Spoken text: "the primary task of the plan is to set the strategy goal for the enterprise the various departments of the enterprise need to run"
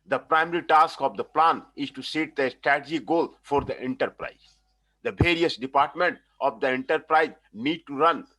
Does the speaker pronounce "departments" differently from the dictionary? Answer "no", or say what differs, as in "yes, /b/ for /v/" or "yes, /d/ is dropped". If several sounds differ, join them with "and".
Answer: yes, /s/ is dropped